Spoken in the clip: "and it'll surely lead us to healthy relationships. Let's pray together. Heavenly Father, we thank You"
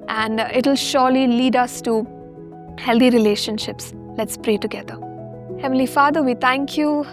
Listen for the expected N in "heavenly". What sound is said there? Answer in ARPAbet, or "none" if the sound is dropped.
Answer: none